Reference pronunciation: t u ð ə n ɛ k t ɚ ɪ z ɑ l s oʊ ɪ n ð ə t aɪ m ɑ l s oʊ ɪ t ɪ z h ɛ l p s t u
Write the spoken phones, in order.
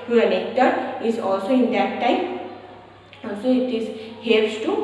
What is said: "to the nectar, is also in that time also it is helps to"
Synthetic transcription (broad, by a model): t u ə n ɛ k t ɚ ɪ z ɑ l s oʊ ɪ n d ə t aɪ m ɑ l s oʊ ɪ t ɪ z h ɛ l s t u